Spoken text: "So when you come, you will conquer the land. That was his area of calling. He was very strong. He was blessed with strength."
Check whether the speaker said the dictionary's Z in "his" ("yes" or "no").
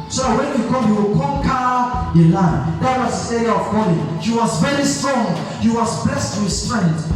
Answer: no